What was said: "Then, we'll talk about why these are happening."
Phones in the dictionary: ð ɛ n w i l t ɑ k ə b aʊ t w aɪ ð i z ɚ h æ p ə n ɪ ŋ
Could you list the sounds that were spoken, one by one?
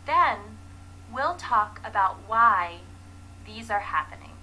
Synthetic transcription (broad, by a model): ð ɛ n w i l t ɑ k ə b aʊ t w aɪ ð i z ɚ h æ p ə n ɪ ŋ